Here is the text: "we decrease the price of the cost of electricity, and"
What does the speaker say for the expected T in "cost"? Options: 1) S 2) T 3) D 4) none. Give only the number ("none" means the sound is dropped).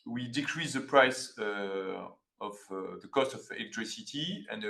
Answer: 2